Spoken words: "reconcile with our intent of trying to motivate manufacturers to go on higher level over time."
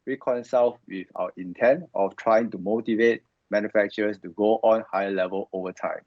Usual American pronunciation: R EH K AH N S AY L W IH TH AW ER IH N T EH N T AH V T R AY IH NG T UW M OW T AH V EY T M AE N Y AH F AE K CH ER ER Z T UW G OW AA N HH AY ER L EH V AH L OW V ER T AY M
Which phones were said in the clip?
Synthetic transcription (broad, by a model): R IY K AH N S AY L W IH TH AW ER IH N T EH N T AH F T R AY IH NG T UW M OW T AH V EY T M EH N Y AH F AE K CH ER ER S T UW G OW AA N HH AY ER L EH V AH L OW V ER T AY M